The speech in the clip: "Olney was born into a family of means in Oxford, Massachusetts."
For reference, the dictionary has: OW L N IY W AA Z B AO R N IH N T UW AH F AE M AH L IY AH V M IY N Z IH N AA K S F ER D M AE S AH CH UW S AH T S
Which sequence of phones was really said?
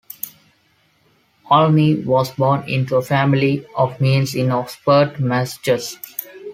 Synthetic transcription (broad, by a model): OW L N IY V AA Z B AO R N IH N T UW AH F AE M AH L IY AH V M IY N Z IH N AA S P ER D M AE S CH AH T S